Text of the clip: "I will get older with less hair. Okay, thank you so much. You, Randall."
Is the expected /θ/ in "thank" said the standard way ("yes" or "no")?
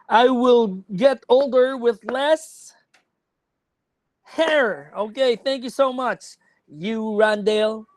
yes